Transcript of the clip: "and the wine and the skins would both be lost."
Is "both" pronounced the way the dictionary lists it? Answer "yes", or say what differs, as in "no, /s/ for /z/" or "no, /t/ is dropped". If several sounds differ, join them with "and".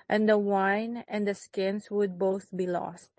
yes